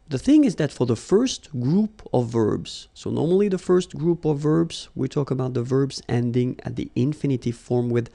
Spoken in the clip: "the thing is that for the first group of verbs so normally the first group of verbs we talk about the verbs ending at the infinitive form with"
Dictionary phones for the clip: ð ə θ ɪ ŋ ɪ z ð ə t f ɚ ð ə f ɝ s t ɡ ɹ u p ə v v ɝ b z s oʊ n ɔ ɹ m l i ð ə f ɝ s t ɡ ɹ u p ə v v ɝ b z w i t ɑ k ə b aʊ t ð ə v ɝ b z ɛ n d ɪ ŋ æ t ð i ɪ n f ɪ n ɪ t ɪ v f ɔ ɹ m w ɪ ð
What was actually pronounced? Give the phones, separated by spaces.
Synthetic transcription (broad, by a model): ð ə θ ɪ ŋ ɪ z ð ə t f ɚ ð ə f ɝ s t ɡ ɹ u p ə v v ɝ b z s oʊ n ɔ ɹ m l i ð ə f ɝ s t ɡ ɹ u p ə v v ɝ b z w i t ɑ k ə b aʊ t ð ə v ɝ b z ɛ n d ɪ ŋ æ t ð i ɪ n f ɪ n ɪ t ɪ f ɔ ɹ m w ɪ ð